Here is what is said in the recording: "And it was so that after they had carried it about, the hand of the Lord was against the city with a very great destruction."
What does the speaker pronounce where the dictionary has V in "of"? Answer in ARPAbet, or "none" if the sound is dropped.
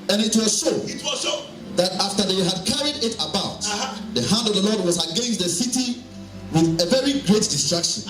V